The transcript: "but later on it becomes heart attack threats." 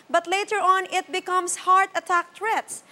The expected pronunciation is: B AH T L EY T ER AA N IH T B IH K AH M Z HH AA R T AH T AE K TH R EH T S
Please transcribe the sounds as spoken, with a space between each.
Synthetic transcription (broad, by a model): B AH T L EY T ER AA N IH T B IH K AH M S HH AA R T AH T AE K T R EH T S